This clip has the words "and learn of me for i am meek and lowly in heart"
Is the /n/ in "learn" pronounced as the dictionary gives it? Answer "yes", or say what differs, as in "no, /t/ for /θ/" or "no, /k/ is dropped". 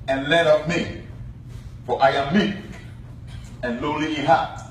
no, /n/ is dropped